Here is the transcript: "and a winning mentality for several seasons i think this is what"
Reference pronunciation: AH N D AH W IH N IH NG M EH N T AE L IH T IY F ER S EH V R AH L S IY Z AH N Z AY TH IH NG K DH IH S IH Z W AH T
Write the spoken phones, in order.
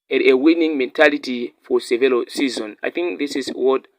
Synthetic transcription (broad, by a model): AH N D AH W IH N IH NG M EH N T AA L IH T IY F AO S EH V AH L S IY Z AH N AY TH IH NG K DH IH S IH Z W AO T